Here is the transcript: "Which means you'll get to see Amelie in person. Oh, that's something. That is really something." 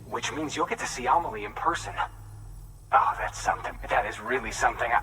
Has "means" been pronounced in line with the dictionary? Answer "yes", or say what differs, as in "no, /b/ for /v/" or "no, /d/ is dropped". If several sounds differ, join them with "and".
yes